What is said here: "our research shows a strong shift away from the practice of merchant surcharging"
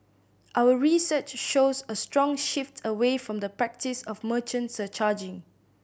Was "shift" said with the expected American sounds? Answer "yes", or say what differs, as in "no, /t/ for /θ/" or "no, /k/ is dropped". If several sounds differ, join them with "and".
yes